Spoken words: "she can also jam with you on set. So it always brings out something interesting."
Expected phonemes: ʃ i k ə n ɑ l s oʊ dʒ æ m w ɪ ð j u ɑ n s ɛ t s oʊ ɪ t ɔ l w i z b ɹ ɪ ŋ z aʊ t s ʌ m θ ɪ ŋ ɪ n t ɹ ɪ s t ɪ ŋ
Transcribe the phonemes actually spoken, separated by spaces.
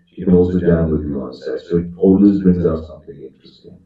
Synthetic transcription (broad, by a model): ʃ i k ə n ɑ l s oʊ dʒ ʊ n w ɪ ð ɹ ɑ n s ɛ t s oʊ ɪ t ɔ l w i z b ɹ ɪ ŋ z aʊ t s ʌ m θ ɪ ŋ ɪ n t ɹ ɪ s t ɪ ŋ